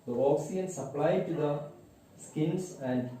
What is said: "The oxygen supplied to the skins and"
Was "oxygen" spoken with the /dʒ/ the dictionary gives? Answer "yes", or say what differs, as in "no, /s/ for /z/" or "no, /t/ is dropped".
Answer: no, /dʒ/ is dropped